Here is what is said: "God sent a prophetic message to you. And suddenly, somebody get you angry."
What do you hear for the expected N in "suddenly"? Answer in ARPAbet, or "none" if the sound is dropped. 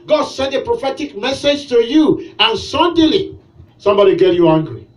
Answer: none